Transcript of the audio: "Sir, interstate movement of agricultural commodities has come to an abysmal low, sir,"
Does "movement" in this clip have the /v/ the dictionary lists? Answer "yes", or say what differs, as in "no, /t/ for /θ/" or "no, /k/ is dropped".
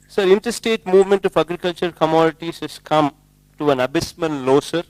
yes